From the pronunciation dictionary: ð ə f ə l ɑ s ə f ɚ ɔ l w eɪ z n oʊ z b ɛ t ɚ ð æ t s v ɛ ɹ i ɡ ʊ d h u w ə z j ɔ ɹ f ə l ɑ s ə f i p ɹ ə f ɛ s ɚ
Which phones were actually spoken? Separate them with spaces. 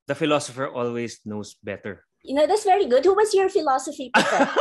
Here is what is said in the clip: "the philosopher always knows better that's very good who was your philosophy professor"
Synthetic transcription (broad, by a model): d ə f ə l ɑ s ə f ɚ ɔ l w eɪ s n oʊ s b ɛ t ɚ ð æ t s v ɛ ɹ i ɡ ʊ d h u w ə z j ɔ ɹ f ə l ɑ s ə f i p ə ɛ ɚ